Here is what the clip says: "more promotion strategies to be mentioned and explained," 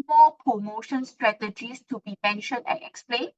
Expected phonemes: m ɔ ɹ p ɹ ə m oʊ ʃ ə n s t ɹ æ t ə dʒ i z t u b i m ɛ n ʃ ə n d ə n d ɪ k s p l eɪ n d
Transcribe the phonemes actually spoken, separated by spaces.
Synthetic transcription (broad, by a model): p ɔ p ɹ ə m oʊ ʃ ə n s t ɹ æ t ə dʒ i s t u b i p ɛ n ʃ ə n ə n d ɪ k s p l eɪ n